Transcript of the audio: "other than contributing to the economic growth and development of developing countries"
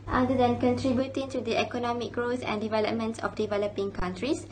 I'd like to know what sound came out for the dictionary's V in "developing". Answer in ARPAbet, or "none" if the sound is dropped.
V